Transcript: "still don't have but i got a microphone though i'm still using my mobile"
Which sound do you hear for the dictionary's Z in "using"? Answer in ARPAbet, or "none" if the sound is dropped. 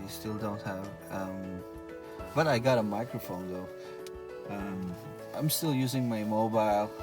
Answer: Z